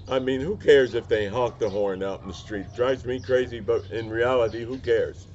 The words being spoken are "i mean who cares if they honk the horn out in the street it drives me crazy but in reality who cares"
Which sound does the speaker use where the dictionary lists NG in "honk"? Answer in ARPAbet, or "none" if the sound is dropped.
none